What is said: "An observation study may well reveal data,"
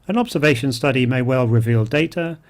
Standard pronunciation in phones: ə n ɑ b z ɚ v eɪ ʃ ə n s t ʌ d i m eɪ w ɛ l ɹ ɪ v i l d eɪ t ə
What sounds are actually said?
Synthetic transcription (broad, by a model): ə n ɑ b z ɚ v eɪ ʃ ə n s t ʌ d i m eɪ w ɛ l ɹ ɪ v i l d eɪ t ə